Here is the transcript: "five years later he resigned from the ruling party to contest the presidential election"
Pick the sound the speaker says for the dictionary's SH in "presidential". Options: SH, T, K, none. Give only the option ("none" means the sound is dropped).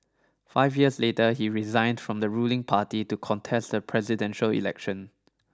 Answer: SH